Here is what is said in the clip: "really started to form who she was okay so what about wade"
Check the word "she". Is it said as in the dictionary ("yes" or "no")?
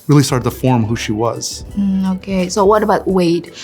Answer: yes